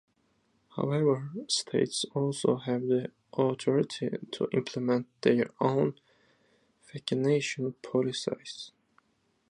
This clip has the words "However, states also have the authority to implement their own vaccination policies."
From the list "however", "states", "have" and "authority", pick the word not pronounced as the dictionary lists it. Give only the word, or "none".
authority